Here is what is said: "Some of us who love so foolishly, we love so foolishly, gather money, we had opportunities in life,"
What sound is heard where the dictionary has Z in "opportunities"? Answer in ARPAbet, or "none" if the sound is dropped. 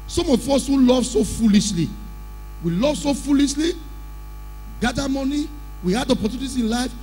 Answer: none